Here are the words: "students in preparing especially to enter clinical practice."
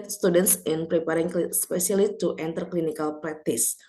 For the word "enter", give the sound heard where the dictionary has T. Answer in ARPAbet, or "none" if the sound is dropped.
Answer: T